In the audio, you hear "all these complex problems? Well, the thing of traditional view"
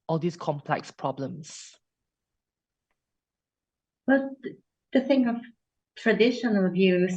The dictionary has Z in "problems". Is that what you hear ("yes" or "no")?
no